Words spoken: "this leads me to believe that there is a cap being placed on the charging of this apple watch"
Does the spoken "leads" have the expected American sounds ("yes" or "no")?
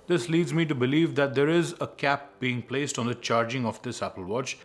yes